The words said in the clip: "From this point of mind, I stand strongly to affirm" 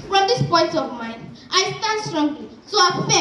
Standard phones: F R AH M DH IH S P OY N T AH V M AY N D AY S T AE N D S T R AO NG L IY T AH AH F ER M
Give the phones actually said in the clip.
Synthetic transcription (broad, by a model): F R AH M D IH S P OY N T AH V M AY N D AY S T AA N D S T R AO NG L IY S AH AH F